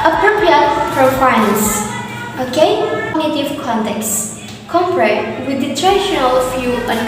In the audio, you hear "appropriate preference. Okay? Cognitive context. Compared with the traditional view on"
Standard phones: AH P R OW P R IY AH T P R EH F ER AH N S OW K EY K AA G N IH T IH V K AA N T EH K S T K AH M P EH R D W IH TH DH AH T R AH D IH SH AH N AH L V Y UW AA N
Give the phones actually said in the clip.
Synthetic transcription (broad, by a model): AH P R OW P R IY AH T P R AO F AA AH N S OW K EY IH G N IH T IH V K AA N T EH K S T K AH M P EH R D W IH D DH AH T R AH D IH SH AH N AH L F Y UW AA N